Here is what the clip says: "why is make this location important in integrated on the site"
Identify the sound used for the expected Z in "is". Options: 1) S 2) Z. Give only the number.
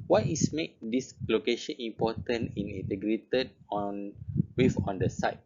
1